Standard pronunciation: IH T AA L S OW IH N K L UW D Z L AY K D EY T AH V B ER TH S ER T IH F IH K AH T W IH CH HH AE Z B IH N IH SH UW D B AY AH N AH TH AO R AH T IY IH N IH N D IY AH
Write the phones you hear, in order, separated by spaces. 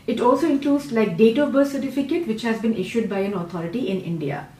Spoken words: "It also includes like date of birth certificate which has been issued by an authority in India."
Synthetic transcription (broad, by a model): IH T AA L S OW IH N K L UW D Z L AY K D EY T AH B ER S ER T IH F IH K AH T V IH CH HH AE Z B IH N IH SH UW D B AY AH N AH T AO R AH T IY IH N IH N D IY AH